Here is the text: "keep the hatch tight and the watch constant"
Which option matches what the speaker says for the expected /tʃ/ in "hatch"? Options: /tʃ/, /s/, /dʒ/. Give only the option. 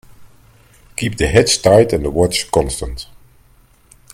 /s/